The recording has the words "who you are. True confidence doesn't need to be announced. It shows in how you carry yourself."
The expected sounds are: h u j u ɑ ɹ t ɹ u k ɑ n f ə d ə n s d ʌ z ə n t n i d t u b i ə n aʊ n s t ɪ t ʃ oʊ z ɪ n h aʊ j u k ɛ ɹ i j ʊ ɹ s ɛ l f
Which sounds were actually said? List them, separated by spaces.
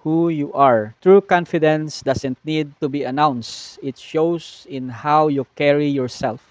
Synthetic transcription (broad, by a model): h u j u ɑ ɹ t ɹ u k ɑ n f ə d ə n s d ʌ s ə n t n i d t u b i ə n aʊ n s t ɪ t ʃ oʊ s ɪ n h aʊ j u k ɛ ɹ i j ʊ ɹ s ɛ l f